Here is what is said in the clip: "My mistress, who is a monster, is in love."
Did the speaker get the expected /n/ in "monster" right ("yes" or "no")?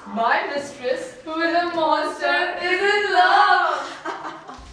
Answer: no